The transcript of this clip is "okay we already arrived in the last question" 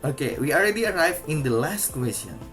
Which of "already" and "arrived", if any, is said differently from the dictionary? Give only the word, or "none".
arrived